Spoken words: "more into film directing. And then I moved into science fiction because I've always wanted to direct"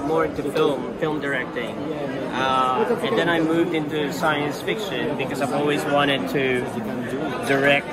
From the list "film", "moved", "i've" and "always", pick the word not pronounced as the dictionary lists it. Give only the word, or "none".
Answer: none